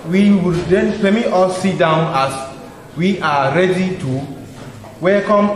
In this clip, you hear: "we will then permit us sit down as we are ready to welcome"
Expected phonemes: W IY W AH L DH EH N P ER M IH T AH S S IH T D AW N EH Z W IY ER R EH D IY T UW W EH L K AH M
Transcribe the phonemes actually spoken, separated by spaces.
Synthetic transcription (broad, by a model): W IY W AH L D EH N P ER M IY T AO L S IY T D AW N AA S W IY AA R EH D IY T UW W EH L K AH M